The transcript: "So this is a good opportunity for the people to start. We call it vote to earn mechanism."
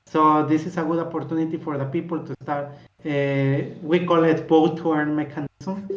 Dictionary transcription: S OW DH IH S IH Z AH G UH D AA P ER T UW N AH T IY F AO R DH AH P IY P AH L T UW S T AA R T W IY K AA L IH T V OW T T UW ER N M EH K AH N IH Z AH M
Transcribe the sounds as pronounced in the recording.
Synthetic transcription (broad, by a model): S OW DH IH S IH S AH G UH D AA P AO T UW N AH T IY F AO R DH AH P IY P AH L T UW S T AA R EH W IY K AA L IH T B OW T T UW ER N M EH K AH N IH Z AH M